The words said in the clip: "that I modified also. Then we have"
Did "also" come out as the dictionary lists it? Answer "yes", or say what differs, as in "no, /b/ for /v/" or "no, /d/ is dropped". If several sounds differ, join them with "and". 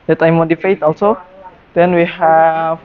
yes